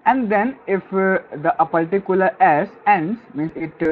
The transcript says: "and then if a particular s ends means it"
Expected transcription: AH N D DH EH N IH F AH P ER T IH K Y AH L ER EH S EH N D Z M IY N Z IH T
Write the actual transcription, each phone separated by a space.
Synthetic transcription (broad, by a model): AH N D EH N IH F AH P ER T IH K Y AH L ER EH S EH N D S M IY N S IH T